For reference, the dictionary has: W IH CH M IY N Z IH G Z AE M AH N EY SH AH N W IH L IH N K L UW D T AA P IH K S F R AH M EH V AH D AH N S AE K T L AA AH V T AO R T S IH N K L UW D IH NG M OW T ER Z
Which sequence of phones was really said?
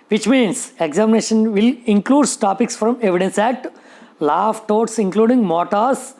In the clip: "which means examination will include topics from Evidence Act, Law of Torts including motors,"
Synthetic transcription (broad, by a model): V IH CH M IY N S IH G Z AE M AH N EY SH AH N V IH L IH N K L UW D T AA P IH K S F R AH M EH V AH D AH N S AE T L AA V T AO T S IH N K L UW D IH NG M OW T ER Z